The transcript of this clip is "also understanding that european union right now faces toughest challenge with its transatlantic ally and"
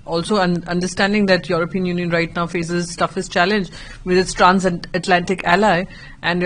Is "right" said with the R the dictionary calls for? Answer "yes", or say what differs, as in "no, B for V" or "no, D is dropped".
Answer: yes